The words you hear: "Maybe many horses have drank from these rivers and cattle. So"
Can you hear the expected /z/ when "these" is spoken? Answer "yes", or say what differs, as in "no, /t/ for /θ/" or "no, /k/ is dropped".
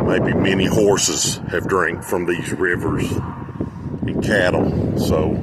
yes